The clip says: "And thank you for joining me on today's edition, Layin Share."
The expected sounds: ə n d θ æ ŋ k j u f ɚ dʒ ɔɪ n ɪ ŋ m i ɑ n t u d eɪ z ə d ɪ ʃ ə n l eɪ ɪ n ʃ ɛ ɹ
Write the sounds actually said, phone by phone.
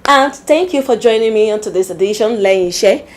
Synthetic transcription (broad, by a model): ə n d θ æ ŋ k j u f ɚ dʒ ɔɪ n ɪ ŋ m i ɑ n t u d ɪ s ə d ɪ ʃ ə n l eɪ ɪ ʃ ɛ